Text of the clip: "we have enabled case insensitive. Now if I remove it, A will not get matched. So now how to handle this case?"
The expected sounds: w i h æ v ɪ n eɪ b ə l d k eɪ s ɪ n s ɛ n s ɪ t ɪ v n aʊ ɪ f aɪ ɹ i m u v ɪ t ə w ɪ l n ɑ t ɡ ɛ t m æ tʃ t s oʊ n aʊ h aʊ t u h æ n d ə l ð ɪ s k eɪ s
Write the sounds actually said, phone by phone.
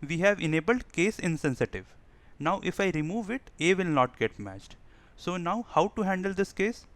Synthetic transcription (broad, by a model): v i h æ v ɪ n eɪ b ə l d k eɪ s ɪ n s ɛ n s ɪ t ɪ v n aʊ ɪ f aɪ ɹ i m u v ɪ t ə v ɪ l n ɑ t ɡ ɛ t m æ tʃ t s oʊ n aʊ h aʊ t u h æ n d ə l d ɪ s k eɪ s